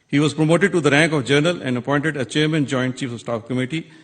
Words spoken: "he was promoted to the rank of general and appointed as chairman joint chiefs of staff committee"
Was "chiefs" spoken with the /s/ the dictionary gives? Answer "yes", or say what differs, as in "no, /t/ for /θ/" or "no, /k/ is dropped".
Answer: no, /s/ is dropped